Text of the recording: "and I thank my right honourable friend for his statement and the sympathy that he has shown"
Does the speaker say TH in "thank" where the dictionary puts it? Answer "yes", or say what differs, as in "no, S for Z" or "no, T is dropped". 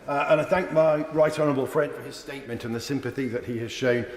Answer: yes